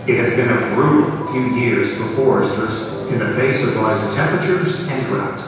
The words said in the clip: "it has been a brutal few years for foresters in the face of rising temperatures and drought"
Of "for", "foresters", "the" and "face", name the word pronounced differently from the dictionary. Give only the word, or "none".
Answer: none